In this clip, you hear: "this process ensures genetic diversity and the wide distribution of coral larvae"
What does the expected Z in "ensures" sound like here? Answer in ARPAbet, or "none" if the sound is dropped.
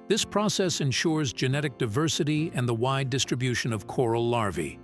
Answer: Z